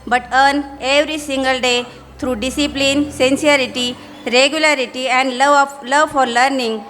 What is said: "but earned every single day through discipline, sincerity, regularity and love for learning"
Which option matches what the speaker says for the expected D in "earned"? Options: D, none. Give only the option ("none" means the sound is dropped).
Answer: none